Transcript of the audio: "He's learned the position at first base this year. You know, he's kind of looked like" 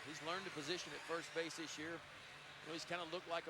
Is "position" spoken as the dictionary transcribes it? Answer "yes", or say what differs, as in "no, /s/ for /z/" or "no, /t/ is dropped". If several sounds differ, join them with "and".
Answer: yes